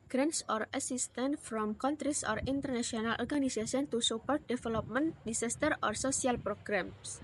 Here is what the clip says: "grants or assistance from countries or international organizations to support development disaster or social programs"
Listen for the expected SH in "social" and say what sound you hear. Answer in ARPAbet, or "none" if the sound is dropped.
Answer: S